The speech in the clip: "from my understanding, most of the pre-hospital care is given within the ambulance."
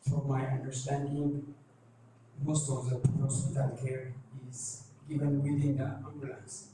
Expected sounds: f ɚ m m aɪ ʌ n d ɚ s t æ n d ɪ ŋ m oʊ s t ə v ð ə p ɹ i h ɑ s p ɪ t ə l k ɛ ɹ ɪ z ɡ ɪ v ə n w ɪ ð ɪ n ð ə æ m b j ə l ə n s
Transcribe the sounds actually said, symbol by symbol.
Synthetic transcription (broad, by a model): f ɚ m m aɪ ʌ n d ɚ s t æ n d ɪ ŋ m oʊ s t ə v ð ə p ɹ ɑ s ɪ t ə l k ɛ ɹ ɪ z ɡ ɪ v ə n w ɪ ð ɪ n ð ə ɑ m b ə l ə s